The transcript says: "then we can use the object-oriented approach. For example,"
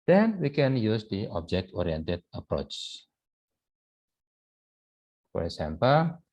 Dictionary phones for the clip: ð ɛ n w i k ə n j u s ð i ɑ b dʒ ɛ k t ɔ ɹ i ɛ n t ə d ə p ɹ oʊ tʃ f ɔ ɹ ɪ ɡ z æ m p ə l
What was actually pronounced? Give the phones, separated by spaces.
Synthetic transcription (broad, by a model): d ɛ n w i k ə n j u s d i ɑ b dʒ ɛ k t ɔ ɹ i ɛ n t ə d ə p ɹ oʊ tʃ f ɔ ɹ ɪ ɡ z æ m p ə l